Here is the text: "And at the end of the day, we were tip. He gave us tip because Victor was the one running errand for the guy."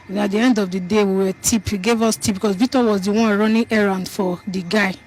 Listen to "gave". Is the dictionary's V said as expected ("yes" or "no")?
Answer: yes